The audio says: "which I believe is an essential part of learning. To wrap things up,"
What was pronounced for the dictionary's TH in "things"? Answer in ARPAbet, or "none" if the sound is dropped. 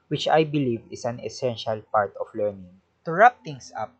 T